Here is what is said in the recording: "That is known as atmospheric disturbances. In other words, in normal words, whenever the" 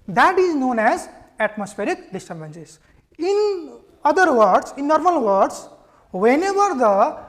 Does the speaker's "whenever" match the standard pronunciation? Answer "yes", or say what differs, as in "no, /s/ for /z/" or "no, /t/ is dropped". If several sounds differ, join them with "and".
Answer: no, /b/ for /v/